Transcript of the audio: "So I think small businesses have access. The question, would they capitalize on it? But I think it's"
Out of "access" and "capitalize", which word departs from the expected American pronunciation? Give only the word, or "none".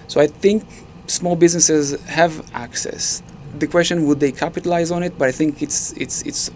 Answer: none